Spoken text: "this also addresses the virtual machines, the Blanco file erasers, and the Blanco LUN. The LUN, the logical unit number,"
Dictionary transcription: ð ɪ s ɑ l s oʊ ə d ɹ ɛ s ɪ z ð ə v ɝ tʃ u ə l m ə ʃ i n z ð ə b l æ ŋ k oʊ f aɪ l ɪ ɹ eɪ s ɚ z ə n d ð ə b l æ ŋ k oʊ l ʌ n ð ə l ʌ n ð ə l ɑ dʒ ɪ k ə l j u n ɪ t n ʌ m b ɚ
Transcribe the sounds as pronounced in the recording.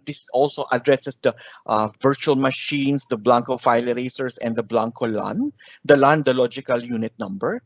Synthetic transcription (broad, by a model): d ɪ s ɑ l s oʊ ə d ɹ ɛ s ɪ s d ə v ɝ tʃ u ə l m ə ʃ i n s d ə b l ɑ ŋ k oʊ f aɪ l ɹ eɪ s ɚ s ə n d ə b l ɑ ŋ k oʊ l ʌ n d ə l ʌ n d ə l ɑ dʒ ɪ k ə l j u n ɪ t n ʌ m b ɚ